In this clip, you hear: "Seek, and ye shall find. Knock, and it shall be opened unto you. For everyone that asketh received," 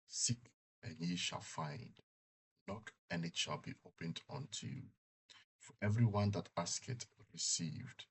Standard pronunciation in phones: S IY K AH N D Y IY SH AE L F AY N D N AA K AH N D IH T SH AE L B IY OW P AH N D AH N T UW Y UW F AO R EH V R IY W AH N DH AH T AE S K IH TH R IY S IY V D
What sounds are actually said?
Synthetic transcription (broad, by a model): S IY K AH N Y IY SH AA L F AY N D N AA K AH N IH T SH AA L B IY OW P AH N D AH N T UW Y UW F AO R EH V R IY W AH N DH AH T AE S K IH T R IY S IY V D